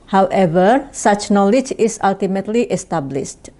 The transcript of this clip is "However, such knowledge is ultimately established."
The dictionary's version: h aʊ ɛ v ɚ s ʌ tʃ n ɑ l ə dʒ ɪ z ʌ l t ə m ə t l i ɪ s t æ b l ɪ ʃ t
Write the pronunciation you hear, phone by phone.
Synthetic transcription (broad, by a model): h aʊ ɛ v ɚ s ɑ tʃ n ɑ l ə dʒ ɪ s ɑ l t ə m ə t l i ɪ s t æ b l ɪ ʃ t